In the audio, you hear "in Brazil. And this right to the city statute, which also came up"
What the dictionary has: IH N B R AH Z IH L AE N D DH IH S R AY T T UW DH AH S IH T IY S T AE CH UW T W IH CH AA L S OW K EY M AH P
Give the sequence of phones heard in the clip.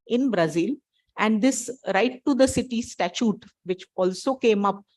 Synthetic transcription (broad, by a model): IH N B R AH Z IH L AE N D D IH S R AY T T UW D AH S IH T IY S T AE CH UW T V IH CH AA L S OW K EY M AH P